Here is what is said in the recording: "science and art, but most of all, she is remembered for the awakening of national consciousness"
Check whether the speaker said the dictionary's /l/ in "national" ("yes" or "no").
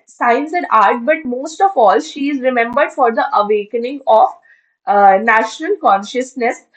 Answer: yes